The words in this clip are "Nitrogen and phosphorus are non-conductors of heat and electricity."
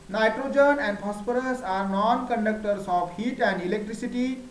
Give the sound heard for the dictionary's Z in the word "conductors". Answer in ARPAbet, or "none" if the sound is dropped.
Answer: S